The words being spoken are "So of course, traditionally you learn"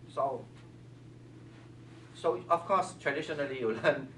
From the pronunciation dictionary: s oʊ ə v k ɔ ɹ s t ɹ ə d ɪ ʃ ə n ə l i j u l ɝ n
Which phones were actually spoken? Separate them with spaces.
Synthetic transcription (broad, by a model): s oʊ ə f k ɔ s t ɹ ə d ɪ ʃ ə n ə l i j u l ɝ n